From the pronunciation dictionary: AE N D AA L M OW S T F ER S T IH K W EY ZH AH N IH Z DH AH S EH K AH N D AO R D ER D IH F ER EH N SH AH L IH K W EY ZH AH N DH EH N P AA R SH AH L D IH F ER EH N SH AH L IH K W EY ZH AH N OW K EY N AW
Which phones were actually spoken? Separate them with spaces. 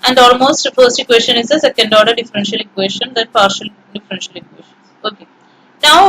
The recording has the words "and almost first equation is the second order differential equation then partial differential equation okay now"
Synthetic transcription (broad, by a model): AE N D AA L M OW S T F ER S T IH K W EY SH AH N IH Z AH S EH K AH N D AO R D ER D IH F ER EH N SH AH L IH K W EY SH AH N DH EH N P AA R SH AH L D IH F ER EH N SH AH L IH K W EY SH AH N OW K EY N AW